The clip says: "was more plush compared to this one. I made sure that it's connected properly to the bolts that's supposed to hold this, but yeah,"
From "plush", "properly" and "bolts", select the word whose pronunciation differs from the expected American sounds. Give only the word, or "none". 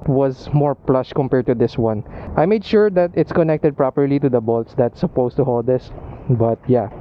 none